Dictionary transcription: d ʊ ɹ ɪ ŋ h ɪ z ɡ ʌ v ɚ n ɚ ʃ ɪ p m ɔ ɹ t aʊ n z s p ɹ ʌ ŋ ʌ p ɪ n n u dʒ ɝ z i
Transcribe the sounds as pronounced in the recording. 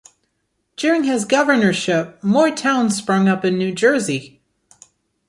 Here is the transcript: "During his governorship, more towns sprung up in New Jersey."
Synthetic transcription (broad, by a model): d ʊ ɹ ɪ ŋ ɪ z ɡ ʌ v ɚ n ɚ ʃ ɪ p m ɔ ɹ t aʊ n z s p ɹ ʌ ŋ ʌ p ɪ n n u dʒ ɝ z i